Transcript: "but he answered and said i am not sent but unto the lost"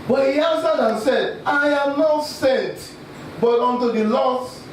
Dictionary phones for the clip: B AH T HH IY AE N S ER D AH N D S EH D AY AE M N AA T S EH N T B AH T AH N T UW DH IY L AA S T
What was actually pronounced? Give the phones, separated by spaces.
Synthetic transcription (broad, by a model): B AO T HH IY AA N S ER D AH N S EH D AY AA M N AA T S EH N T B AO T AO N T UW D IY L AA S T